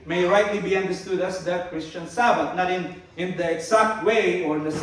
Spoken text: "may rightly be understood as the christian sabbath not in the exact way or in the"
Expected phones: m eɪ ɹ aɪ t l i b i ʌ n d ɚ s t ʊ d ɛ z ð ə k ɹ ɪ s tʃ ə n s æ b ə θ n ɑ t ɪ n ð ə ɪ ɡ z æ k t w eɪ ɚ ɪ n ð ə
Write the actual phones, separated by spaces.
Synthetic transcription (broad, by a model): m eɪ ɹ aɪ t l i b i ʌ n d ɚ s t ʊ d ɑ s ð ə k ɹ ɪ s tʃ ə n s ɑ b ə t n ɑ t ɪ n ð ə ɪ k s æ k t w eɪ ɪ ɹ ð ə